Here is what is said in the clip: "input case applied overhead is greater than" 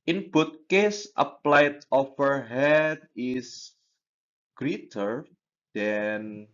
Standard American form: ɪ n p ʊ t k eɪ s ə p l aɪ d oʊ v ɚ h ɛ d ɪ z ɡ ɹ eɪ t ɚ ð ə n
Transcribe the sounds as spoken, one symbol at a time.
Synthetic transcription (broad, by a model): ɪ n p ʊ t k eɪ s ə p l aɪ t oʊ f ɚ h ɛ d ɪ s ɡ ɹ eɪ t ɚ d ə n